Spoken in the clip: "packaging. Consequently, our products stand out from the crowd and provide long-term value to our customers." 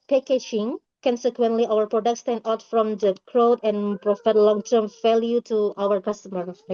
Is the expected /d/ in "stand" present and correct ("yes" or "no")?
no